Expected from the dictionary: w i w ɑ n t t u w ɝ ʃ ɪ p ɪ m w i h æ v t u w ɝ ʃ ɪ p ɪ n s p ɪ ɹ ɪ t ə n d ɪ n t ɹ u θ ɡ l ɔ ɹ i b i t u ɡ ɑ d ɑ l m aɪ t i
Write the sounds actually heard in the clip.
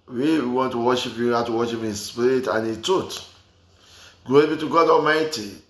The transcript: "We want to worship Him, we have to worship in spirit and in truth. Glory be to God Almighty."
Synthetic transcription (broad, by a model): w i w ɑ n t t u w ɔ ʃ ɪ p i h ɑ t u w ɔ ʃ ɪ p ɪ n s p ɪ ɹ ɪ t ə n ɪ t u t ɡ ɔ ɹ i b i t u ɡ ɑ d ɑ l m aɪ t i